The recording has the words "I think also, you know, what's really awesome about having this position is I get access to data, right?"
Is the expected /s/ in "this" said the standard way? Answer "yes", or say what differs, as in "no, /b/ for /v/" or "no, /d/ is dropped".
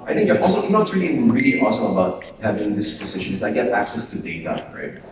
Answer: yes